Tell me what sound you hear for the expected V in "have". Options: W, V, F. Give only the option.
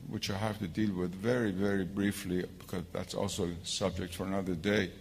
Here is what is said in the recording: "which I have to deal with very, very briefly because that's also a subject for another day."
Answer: F